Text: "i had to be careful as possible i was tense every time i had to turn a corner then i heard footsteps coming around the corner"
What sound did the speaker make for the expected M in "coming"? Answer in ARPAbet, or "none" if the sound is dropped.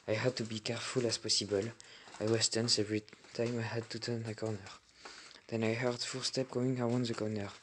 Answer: none